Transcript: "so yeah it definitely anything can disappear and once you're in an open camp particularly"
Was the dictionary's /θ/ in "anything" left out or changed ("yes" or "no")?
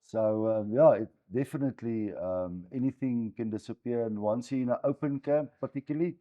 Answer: no